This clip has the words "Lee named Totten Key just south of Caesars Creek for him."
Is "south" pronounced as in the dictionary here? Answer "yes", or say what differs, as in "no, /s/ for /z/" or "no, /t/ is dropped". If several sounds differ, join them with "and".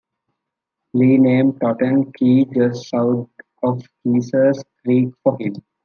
no, /t/ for /θ/